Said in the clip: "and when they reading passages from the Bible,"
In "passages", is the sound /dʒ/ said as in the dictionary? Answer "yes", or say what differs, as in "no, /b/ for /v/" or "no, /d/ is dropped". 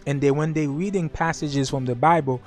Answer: yes